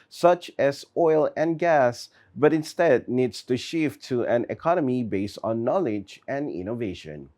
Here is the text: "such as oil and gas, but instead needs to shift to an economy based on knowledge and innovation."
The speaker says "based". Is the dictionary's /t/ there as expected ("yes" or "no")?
yes